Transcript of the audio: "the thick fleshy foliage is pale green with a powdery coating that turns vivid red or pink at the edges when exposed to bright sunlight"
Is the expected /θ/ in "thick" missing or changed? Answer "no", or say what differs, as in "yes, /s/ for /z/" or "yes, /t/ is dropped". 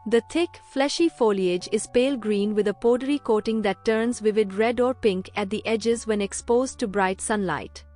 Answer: yes, /t/ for /θ/